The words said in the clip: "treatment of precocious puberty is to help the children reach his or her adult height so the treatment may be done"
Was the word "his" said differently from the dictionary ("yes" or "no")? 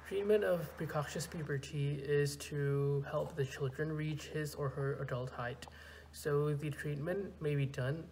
no